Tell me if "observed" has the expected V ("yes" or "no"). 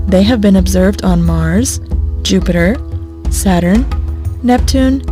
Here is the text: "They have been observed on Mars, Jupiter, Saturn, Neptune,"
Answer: yes